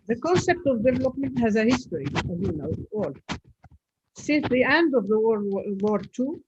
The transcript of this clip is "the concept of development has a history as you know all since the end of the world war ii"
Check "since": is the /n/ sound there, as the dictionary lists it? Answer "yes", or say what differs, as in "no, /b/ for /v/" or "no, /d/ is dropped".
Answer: yes